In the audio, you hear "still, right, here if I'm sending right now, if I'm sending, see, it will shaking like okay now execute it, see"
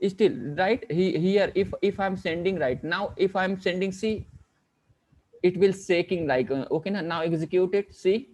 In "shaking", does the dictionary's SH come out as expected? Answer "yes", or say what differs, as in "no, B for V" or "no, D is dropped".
no, S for SH